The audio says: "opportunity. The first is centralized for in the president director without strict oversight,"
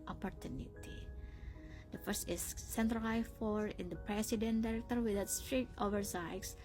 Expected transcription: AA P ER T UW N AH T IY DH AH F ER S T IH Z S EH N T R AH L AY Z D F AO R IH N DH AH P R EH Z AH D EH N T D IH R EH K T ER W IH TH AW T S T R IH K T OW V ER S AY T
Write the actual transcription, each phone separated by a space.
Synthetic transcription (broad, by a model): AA P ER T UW N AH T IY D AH F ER S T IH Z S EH N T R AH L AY F AO R IH N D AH P R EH S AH D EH N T D IH R EH K T ER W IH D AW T S T R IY T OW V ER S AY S